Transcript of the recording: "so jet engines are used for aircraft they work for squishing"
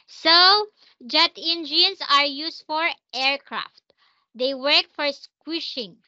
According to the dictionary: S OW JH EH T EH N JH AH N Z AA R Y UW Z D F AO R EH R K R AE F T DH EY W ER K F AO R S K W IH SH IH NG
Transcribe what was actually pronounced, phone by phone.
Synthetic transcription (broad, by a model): S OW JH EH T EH N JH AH N S AA R Y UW S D F AO R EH R K R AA F T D EY W ER K F AO R S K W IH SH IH NG